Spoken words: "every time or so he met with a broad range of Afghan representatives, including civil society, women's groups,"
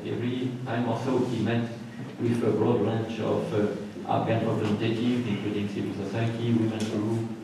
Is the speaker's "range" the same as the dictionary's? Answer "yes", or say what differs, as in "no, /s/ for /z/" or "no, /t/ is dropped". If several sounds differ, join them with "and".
no, /tʃ/ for /dʒ/